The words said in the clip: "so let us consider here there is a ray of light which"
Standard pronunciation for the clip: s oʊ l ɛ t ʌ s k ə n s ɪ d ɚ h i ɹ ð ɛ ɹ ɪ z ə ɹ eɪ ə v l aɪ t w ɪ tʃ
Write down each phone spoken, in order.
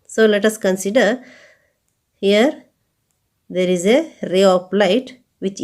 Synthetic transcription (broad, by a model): s oʊ l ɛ t ʌ s k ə n s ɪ d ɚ h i ɹ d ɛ ɹ ɪ z ə ɹ eɪ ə p l aɪ t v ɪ tʃ